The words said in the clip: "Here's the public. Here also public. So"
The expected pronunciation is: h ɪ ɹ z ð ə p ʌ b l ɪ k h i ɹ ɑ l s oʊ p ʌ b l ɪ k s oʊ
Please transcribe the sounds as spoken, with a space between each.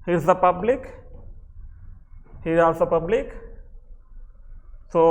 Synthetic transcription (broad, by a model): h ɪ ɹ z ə p ʌ b l ɪ k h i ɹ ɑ s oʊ p ʌ b l ɪ k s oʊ